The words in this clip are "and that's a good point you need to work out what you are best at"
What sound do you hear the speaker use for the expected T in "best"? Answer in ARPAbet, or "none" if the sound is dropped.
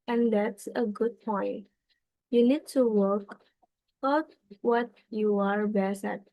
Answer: none